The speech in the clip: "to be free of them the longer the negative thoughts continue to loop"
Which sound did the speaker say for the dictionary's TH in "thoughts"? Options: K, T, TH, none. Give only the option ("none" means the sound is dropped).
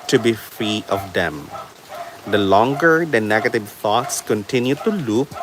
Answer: T